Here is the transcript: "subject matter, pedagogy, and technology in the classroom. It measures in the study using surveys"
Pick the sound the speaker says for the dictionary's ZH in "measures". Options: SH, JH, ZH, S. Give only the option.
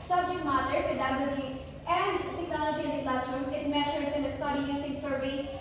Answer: SH